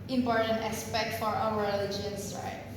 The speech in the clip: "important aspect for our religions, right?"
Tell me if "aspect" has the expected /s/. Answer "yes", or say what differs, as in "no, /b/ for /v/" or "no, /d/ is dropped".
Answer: yes